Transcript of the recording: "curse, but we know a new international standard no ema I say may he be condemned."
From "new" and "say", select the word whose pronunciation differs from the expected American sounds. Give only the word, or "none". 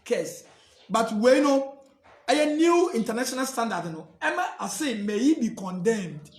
none